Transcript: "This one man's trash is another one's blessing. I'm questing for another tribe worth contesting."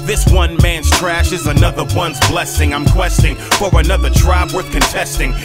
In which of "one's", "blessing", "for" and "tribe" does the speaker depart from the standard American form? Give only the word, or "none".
none